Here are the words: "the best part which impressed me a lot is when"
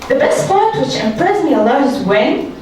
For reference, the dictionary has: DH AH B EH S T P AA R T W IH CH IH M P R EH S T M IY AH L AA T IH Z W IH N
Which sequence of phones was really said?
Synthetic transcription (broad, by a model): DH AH B EH S T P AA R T W IH CH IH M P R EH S M IY AH L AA IH Z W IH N